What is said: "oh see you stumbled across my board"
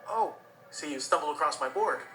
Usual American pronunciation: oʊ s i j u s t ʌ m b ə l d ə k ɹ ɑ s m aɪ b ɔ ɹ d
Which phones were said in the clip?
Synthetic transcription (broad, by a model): oʊ s i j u s t ʌ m b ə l ə k ɹ ɑ s m aɪ b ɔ ɹ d